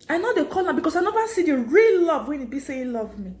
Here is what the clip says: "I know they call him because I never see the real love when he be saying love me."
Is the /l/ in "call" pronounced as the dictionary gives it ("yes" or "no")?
no